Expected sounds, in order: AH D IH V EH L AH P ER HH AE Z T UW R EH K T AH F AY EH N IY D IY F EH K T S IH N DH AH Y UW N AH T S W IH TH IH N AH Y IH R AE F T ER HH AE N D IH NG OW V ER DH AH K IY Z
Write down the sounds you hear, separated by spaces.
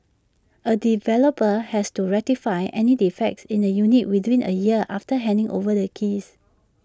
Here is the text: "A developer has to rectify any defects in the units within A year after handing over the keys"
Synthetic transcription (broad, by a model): AH D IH V EH L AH P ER HH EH S T UW R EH T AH F AY EH N IY D IY F EH K T S IH N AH Y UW N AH T W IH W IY N AH Y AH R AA F T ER HH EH N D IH NG OW V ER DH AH K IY S